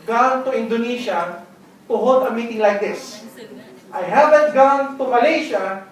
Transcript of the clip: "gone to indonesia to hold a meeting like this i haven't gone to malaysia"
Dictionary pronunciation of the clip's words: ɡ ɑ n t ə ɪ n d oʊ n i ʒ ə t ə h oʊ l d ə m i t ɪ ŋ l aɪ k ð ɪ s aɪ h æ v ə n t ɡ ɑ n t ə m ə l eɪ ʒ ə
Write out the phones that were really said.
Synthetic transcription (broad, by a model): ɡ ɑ n t ə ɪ n d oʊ n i ʃ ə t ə h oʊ d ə m i t ɪ ŋ l aɪ k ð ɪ s aɪ h æ v ə n t ɡ ɑ n t ə m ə l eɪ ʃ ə